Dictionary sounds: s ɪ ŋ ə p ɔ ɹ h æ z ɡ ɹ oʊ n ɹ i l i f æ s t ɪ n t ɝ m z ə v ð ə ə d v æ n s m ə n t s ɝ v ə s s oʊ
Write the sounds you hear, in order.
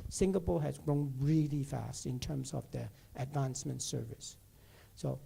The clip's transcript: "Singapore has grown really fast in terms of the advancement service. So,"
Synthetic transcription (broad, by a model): s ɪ ŋ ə p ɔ h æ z ɡ ɹ oʊ n ɹ i l i f æ s t ɪ n t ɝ m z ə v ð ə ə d v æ n s m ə n t s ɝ v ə s s oʊ